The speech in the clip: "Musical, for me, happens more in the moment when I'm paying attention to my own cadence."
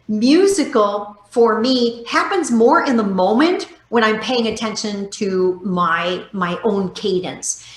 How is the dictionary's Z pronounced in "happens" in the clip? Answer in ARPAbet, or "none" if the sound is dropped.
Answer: Z